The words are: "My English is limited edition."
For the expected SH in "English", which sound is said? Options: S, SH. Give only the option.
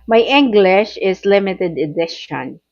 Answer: SH